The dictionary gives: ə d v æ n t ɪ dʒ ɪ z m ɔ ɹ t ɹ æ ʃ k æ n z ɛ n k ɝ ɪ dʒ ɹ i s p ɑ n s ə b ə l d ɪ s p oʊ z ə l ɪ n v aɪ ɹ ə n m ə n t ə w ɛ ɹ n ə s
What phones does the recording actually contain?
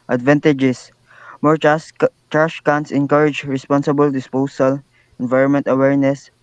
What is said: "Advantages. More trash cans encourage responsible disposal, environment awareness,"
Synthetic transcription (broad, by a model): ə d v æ n t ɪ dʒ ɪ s m ɔ ɹ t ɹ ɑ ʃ k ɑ n s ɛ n k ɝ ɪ dʒ ɹ i s p ɑ n s ə b ə l d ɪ s p oʊ s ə l ɪ n v aɪ ɹ ə n m ə n t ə w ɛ ɹ n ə s